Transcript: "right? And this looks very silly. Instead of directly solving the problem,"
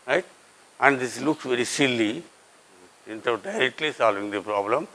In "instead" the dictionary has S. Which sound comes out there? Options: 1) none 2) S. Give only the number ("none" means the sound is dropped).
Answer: 1